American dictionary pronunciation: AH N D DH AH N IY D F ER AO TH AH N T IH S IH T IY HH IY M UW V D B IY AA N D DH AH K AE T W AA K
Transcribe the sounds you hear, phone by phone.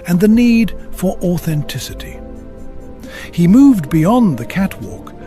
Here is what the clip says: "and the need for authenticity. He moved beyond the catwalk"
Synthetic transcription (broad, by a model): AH N DH AH N IY D F ER AO TH AH N T IH S IH T IY HH IY M UW V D B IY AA N DH AH K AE T W AA K